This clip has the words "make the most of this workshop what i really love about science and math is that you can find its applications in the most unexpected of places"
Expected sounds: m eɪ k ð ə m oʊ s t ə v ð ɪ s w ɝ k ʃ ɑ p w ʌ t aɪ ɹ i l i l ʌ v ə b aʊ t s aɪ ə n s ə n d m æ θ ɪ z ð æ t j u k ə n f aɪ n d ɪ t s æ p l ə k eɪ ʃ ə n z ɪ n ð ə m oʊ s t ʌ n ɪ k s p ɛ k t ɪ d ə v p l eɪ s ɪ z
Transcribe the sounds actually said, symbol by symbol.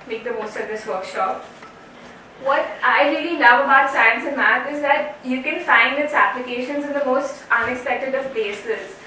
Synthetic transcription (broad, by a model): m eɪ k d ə m oʊ s t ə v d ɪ s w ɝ k ʃ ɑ p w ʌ t aɪ ɹ i l i n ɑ ə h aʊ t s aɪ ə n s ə m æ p ɪ z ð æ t j u k ə n f aɪ n d ɪ t s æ p l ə k eɪ ʃ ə n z ɪ n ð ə m oʊ s t ʌ n ɪ k s p ɛ k t ɪ d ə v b eɪ s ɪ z